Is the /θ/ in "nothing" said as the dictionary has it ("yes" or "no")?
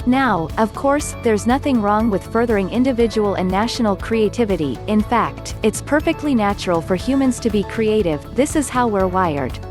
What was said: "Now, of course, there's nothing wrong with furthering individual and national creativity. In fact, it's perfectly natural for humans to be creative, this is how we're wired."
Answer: yes